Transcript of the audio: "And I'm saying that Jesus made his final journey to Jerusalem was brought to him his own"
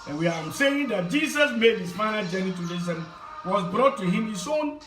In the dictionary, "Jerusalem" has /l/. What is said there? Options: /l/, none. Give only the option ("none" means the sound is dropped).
none